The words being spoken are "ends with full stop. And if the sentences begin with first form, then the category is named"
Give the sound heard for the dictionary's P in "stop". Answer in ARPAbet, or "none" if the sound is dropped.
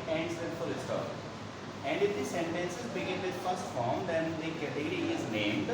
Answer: none